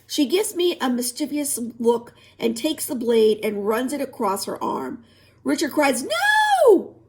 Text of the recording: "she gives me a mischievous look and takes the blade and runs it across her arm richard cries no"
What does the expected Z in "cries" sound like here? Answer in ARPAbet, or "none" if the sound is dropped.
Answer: Z